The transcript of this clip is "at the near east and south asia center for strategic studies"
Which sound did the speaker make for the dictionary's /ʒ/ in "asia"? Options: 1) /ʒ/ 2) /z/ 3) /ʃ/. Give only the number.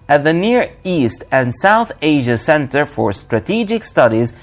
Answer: 1